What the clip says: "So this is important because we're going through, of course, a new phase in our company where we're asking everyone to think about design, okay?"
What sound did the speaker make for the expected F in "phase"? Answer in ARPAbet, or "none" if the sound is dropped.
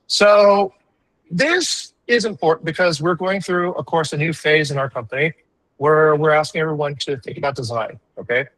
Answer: F